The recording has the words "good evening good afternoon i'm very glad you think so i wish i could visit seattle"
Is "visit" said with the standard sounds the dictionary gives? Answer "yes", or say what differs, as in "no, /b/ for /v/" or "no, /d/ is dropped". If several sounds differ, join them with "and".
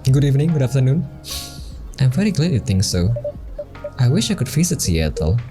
no, /f/ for /v/